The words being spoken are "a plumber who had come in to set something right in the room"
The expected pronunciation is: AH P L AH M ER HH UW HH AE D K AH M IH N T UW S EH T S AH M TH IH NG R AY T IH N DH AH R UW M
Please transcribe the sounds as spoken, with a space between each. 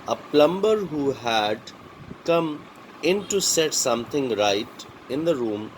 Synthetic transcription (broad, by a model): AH P L AH M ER HH UW HH AE D K AH M IH N T UW S EH T S AH M T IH NG R AY T IH N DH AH R UW M